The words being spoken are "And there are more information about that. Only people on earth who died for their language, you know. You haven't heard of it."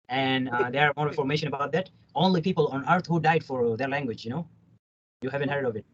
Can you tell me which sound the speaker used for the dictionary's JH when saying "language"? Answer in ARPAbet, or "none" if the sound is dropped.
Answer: JH